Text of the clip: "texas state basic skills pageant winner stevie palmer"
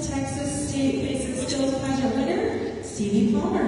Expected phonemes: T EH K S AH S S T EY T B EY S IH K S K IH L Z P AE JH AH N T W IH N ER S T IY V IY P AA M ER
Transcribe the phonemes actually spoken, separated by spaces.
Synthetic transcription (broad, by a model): T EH K S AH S S T EY T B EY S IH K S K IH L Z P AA AH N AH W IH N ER S T IY V IY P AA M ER